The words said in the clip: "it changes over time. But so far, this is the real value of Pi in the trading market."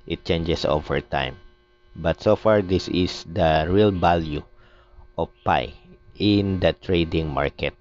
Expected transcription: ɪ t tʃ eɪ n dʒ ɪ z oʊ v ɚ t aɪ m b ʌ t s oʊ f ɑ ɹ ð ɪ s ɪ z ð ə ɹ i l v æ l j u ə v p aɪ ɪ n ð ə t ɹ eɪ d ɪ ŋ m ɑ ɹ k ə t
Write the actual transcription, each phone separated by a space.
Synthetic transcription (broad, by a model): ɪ t tʃ eɪ n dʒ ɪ s oʊ v ɚ t aɪ m b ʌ t s oʊ f ɑ ɹ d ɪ s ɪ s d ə ɹ i l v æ l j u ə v p aɪ ɪ n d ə t ɹ eɪ d ɪ ŋ m ɑ ɹ k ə t